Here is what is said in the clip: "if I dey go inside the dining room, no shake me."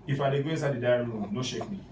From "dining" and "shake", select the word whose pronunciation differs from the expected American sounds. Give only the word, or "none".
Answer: dining